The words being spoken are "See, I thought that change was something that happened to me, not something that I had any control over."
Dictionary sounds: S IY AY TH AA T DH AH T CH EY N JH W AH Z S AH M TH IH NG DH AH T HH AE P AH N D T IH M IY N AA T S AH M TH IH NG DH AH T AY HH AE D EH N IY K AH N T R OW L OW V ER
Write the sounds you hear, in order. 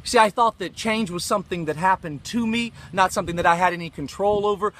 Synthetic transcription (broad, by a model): S IY AY TH AA T DH AH T CH EY N JH W AH Z S AH M TH IH NG DH AH T HH AE P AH N T IH M IY N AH T S AH M TH IH NG DH AH T AY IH D EH N IY K AH N T R OW L OW V ER